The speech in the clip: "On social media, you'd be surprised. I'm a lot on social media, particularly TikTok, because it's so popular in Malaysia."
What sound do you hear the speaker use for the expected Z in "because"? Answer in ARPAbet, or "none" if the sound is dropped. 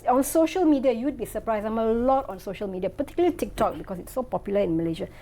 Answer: S